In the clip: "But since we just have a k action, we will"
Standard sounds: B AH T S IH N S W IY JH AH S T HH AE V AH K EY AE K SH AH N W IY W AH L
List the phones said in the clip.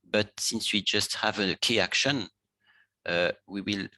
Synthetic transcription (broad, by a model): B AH T S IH N S W IY JH AH S T HH AE V AH K EY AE K SH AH N W IY W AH L